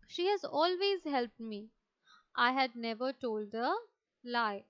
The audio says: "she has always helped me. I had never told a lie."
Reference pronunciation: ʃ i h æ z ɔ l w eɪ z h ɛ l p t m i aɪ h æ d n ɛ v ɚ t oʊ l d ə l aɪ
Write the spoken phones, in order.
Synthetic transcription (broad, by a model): ʃ i h æ z ɔ l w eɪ z h ɛ l p t m i aɪ h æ d n ɛ v ɚ t oʊ l d ə l aɪ